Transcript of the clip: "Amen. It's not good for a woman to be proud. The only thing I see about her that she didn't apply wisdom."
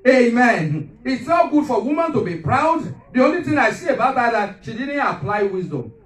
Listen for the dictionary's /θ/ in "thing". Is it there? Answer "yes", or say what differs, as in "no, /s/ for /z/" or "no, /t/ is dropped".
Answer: no, /t/ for /θ/